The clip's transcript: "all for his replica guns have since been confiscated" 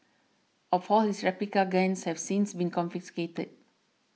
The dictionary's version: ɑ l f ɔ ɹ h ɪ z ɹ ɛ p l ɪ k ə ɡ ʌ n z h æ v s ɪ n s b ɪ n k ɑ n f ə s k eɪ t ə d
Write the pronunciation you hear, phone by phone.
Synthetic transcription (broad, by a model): ɑ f ɔ l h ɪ s ɹ ɛ p l ɪ k ə ɡ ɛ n s h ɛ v s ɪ n s b ɪ n k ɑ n f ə s k eɪ t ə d